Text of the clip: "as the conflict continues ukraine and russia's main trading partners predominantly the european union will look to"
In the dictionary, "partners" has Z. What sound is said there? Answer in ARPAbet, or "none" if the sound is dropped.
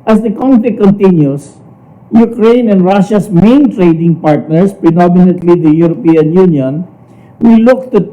S